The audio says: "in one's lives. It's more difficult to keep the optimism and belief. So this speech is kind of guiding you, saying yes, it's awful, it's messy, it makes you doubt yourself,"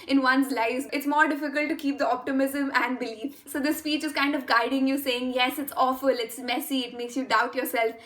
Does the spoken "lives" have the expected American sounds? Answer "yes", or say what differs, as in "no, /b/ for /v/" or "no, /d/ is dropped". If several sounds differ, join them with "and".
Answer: no, /v/ is dropped